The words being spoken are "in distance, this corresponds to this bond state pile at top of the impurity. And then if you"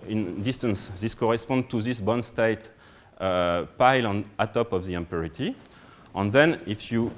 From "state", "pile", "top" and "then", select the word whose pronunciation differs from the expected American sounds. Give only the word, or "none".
none